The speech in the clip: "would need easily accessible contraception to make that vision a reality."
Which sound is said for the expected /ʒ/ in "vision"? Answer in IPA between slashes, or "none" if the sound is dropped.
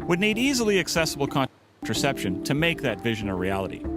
/ʒ/